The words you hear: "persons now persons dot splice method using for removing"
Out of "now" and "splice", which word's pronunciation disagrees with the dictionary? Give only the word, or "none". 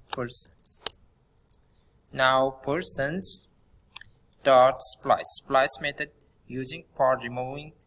none